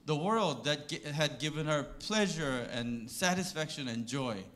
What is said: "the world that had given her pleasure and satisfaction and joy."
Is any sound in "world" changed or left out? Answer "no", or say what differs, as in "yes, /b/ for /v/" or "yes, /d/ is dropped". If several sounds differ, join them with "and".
no